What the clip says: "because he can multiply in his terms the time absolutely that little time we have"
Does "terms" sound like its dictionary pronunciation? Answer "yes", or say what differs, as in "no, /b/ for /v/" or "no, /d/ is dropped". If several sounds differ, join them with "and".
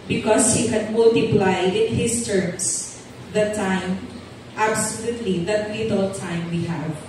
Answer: no, /s/ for /z/